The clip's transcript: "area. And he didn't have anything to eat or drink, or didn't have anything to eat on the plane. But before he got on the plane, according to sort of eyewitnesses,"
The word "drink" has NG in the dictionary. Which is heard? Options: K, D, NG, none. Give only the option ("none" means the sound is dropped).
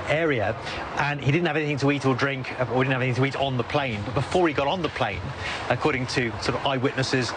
NG